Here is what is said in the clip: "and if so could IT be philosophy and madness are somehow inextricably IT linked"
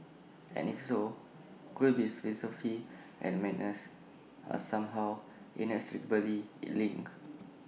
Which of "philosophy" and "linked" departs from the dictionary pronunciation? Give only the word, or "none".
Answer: linked